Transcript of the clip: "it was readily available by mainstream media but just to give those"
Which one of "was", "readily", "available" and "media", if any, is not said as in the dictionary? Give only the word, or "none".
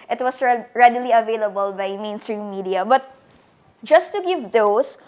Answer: was